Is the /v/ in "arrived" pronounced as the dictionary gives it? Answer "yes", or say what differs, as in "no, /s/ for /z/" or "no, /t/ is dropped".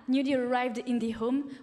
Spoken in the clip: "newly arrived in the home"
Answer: yes